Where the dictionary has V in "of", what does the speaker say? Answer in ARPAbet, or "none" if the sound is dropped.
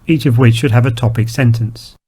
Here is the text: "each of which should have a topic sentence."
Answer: V